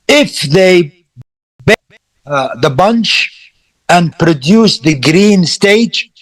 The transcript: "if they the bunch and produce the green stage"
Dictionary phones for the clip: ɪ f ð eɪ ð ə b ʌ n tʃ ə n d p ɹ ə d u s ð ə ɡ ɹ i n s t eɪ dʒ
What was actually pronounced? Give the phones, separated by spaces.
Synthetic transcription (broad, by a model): ɪ f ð eɪ ð ə b ʌ n tʃ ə n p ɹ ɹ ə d u s ð ə ɡ ɹ i n s t eɪ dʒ